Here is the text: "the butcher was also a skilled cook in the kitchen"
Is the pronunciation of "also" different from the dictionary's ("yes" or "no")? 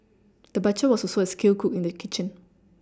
yes